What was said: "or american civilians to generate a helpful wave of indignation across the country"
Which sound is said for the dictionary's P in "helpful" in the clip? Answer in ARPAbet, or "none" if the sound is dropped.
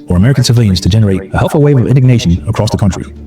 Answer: none